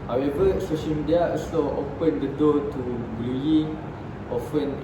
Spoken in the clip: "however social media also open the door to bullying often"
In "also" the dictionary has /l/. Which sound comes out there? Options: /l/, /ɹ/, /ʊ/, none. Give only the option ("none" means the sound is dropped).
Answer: none